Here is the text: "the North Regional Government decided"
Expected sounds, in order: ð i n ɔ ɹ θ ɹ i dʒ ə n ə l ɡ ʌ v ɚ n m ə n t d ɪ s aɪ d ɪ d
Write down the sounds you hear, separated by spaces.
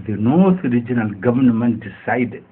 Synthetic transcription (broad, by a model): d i n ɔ ɹ t ɹ i dʒ ə n ə l ɡ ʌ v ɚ n m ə n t s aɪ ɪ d